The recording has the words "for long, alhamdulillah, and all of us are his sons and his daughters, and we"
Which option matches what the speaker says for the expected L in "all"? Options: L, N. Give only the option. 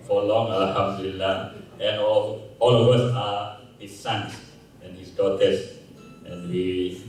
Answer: L